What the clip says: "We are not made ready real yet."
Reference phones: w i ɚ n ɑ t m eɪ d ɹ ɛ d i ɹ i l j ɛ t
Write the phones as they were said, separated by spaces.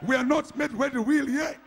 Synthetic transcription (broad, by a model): w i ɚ n ɑ t m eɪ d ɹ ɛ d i w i l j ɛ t